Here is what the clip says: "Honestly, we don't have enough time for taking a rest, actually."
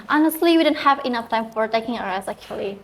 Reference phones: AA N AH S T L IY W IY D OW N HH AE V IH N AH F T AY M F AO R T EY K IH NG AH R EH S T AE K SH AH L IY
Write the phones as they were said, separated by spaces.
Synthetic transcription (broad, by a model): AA N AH S T L IY W IY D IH N HH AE V IH N AH F T AY M F AO R T EY K IH NG AH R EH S AE K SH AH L IY